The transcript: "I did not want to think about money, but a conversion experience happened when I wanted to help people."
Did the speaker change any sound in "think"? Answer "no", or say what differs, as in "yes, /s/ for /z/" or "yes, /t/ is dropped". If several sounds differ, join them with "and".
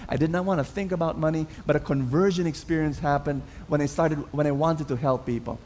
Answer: no